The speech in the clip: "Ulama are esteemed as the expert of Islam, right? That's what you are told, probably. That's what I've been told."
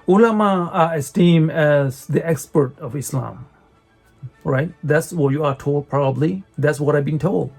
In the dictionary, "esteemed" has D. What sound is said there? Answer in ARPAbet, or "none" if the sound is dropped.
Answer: none